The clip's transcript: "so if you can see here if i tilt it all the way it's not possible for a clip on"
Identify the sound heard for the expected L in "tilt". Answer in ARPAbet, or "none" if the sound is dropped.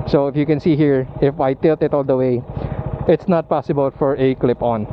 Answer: L